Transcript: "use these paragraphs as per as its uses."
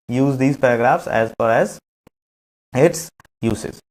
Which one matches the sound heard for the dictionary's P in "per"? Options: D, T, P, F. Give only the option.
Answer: F